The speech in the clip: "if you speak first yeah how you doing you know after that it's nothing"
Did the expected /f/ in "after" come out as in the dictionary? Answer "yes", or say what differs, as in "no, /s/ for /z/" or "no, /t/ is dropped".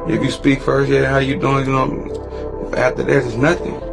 no, /f/ is dropped